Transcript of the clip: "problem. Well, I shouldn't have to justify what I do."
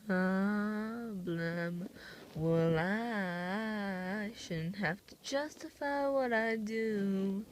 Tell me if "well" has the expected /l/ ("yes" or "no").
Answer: yes